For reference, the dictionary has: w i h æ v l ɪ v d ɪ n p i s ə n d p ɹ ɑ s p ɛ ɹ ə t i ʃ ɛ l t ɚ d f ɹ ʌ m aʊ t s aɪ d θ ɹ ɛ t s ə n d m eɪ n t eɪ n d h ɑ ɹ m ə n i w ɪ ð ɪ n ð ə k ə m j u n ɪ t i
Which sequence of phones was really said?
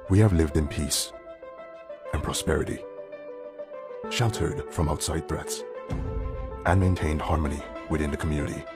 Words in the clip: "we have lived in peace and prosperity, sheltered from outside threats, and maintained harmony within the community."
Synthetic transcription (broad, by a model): w i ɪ v l ɪ v d ɪ n p i s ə n p ɹ ɑ s p ɛ ɹ ə t i ʃ ɛ l t ɚ d f ɹ ʌ m aʊ t s aɪ d θ ɹ ɛ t s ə n m eɪ n t eɪ n d h ɑ ɹ m ə n i w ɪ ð ɪ n ð ə k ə m j u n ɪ t i